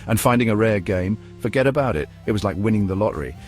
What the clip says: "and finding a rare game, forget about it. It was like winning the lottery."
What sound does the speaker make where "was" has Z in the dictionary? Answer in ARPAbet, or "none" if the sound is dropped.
Z